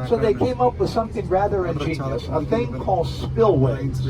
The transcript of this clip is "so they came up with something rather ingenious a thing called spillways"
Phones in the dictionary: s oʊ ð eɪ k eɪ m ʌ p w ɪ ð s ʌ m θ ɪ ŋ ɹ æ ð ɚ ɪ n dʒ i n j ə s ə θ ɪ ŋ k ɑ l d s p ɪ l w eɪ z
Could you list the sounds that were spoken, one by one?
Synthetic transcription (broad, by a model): s oʊ ð eɪ k eɪ m ʌ p w ɪ ð s ʌ m θ ɪ ŋ ɹ æ ð ɚ ɪ n dʒ i n j ə s ə θ ɪ ŋ k ɑ l d s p ɪ l w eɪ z